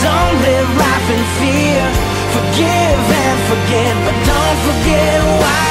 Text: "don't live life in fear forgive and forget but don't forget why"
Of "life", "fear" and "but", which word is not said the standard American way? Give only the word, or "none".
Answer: life